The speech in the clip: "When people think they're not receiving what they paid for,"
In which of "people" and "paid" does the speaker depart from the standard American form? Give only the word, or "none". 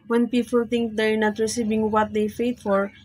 paid